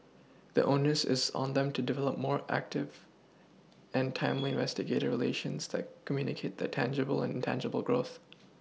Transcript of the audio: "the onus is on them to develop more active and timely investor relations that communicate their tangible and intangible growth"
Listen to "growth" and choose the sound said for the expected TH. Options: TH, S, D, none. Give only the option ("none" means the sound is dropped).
TH